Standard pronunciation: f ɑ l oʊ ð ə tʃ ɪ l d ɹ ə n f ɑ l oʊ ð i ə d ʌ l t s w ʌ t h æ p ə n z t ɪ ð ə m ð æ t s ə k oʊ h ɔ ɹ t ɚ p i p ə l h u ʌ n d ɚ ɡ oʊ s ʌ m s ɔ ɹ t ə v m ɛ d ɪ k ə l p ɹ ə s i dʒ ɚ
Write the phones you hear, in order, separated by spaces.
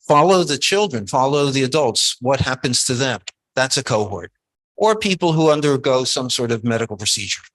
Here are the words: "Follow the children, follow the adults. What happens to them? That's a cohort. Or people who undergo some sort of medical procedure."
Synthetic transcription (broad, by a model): f ɑ l oʊ ð ə tʃ ɪ l d ɹ ə n f ɑ l oʊ ð i ə d ʌ l t s w ʌ t h æ p ə n z t ɪ ð ə m ð æ t s ə k oʊ h ɔ ɹ t ɚ p i p l h u ʌ n d ɚ ɡ oʊ s ʌ m s ɔ ɹ t ə v m ɛ d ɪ k l p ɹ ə s i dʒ ɚ